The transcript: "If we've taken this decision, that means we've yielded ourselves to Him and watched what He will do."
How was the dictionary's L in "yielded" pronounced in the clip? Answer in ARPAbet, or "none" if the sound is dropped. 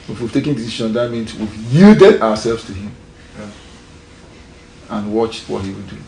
none